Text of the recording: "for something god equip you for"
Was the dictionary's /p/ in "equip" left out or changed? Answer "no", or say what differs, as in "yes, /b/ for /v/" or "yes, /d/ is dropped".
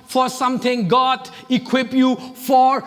no